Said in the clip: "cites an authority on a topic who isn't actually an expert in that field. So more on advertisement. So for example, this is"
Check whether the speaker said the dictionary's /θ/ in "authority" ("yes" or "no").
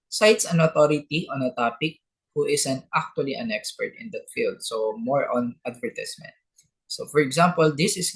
no